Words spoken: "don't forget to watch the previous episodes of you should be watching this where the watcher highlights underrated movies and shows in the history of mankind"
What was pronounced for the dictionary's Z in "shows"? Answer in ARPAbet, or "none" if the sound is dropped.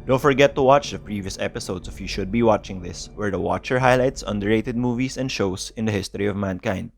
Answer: S